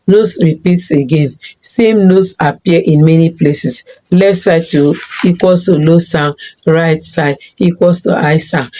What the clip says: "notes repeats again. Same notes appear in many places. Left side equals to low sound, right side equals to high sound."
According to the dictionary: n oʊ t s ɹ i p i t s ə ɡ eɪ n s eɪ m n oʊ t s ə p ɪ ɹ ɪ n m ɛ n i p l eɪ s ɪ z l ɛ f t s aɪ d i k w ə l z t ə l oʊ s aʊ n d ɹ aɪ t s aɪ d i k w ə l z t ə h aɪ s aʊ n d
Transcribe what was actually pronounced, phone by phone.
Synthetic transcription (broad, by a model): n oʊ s ɹ i p i t s ə ɡ eɪ n s eɪ m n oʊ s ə p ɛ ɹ ɪ n m ɛ n i p l eɪ s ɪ s l ɛ f t s aɪ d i k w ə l s t ə l oʊ s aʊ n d ɹ aɪ t s aɪ d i k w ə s t ə aɪ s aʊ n